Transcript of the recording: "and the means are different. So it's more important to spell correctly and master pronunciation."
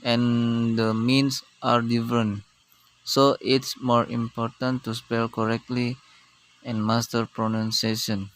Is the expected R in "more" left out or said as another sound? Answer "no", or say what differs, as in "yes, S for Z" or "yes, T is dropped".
no